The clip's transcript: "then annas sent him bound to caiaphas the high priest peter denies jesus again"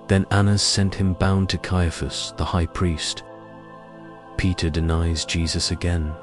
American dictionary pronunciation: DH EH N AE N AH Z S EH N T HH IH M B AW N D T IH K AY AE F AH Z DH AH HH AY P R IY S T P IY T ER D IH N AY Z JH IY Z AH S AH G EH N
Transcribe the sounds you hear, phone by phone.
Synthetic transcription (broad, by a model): DH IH N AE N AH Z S EH N T HH IH M B AW N T IH K AY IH F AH S DH AH HH AY P R IY S T P IY T ER D IH N AY Z JH IY Z AH S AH G EH N